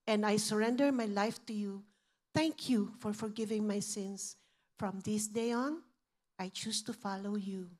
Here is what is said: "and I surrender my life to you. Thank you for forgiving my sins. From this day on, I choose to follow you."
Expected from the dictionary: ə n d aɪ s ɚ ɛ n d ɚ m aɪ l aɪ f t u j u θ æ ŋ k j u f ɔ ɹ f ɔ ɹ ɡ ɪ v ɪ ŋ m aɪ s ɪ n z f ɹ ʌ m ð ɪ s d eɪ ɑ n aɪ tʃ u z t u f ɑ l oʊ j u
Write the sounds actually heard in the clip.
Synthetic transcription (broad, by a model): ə n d aɪ s ɚ ɛ n d ɚ m aɪ l aɪ f t u j u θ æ ŋ k j u f ɔ ɹ f ɔ ɹ ɡ ɪ v ɪ ŋ m aɪ s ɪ n s f ɹ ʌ m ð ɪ s d eɪ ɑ n aɪ tʃ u s t u f ɑ l oʊ j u